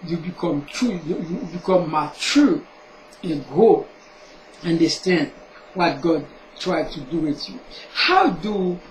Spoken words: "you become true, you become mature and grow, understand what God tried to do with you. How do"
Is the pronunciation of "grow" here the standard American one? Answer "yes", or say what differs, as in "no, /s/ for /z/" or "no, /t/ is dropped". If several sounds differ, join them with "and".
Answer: no, /ɹ/ is dropped